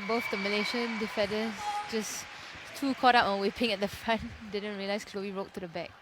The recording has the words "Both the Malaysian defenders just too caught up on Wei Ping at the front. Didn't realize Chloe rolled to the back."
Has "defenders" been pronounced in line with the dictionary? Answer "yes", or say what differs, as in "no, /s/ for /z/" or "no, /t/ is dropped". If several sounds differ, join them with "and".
no, /n/ is dropped and /s/ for /z/